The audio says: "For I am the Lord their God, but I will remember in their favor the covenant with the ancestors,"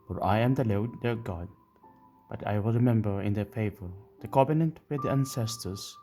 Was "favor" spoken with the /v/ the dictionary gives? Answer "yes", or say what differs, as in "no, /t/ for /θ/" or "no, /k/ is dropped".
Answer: yes